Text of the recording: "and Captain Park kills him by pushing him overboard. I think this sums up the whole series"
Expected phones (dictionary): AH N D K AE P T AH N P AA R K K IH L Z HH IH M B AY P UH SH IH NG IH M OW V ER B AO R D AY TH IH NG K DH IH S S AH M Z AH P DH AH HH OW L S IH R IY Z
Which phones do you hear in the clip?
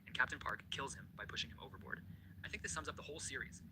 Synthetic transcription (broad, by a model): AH N K AE P T AH N P AA R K K IH L Z HH IH M B AY P UH SH IH NG IH M OW V ER B AO R D AY TH IH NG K DH IH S S AH M Z AH P DH AH HH OW L S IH R IY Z